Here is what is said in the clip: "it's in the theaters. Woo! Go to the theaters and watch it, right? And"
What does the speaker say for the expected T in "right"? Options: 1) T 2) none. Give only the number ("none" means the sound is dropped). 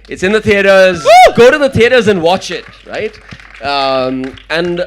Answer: 1